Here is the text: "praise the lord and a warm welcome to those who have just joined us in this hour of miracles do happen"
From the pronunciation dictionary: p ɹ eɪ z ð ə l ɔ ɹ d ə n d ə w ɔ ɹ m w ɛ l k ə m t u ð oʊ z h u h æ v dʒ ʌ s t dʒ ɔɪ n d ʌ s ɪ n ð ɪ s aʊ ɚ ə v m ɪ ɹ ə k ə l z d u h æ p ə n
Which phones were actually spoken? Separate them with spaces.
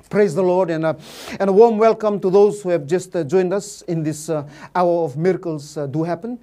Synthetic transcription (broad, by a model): p ɹ eɪ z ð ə l ɔ ɹ d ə n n ə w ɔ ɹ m w ɛ l k ə m t u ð oʊ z h u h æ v dʒ ʌ s t dʒ ɔɪ n d ʌ s ɪ n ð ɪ s aʊ ɚ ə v m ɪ ɹ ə k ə l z d u h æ p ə n